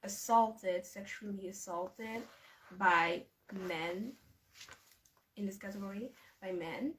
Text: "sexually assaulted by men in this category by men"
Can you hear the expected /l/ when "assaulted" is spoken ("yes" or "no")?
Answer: yes